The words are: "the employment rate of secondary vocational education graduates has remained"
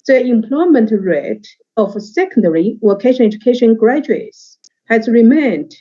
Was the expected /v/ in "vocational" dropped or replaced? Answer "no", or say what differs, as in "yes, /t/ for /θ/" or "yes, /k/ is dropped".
yes, /w/ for /v/